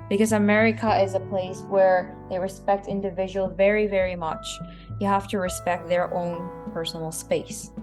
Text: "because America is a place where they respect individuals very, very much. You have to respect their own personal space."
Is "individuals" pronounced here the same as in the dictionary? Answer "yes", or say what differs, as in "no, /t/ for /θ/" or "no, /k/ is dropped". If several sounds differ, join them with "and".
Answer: no, /z/ is dropped